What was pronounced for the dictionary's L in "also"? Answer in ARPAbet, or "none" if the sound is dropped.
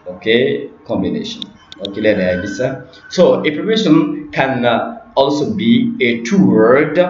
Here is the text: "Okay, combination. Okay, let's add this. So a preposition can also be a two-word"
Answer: L